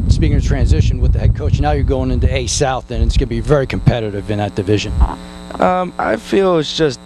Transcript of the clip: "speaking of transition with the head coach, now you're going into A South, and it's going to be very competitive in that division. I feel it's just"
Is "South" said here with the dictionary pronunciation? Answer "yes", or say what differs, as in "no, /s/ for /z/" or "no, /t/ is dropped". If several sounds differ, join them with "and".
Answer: yes